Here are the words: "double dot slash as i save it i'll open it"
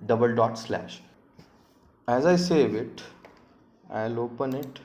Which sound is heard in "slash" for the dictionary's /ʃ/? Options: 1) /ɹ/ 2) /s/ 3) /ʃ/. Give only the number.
3